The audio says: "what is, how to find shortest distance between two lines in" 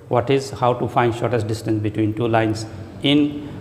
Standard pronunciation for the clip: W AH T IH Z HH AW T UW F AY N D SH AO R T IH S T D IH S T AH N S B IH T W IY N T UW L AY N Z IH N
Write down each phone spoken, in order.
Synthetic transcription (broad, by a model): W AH T IH Z HH AW T UW F AY N D SH AO R T IH S T D IH S T AH N S B IH T W IY N T UW L AY N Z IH N